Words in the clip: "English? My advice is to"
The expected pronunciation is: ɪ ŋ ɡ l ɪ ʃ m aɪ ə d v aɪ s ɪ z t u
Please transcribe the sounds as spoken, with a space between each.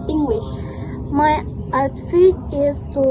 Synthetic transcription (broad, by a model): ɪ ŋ ɡ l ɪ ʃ m aɪ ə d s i ɪ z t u